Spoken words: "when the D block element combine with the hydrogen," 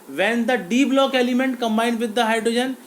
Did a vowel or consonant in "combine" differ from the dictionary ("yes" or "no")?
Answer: no